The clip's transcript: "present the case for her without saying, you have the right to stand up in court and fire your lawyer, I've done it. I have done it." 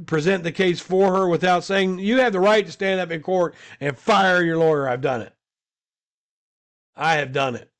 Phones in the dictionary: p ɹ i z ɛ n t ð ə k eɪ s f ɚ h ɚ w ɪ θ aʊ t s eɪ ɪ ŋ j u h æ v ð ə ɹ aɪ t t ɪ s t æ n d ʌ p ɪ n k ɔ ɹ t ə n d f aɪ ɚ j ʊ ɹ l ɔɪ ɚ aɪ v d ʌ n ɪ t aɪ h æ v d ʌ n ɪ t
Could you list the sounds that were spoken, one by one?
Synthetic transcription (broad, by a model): p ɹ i z ɛ n ð ə k eɪ s f ɚ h ɚ w ɪ θ aʊ t s eɪ ɪ ŋ j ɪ v ð ə ɹ aɪ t t ɪ s t æ n d ʌ p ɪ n k ɔ ɹ t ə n f aɪ ɚ j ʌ ɹ l ɔɪ ɚ aɪ v d ʌ n ɪ t aɪ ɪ v d ʌ n ɪ t